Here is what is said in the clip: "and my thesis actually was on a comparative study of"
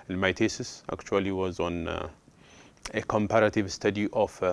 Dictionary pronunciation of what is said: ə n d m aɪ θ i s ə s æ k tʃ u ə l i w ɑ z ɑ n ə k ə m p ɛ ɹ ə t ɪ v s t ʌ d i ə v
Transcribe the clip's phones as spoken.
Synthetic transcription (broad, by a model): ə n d m aɪ t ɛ s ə s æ k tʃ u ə l i w ɑ z ɑ n ə k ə m p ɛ ɹ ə t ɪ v s t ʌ d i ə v